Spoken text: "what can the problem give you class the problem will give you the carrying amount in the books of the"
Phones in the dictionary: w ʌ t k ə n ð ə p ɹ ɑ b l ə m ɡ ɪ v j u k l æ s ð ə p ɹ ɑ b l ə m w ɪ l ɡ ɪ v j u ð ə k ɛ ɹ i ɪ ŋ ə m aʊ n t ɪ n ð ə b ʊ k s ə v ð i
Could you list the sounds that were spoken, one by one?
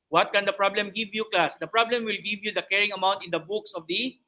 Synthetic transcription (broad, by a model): w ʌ t k ə n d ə p ɹ ɑ b l ə m ɡ ɪ v j u k l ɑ s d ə p ɹ ɑ b l ə m w ɪ l ɡ ɪ v j u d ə k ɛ ɹ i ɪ ŋ ə m aʊ n t ɪ n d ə b ʊ k s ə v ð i